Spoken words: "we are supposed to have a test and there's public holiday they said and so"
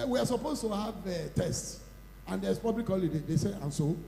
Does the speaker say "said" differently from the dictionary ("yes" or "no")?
yes